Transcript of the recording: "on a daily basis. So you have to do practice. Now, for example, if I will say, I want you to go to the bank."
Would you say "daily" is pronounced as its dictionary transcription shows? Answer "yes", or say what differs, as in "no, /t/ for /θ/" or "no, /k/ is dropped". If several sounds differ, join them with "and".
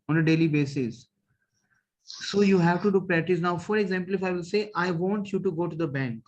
yes